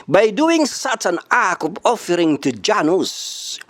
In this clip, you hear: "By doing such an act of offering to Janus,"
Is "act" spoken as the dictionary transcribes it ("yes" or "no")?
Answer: no